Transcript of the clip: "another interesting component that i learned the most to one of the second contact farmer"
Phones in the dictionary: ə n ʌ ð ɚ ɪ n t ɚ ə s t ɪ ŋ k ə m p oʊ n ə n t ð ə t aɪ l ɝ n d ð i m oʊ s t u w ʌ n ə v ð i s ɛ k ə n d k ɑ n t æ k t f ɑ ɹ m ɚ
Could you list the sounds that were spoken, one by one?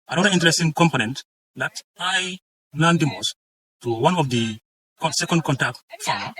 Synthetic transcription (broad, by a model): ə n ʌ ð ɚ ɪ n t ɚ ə s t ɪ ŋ k ə m p oʊ n ə n t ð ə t aɪ l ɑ n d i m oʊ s t u w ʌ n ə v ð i s ɛ k ə n d k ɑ n t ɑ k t f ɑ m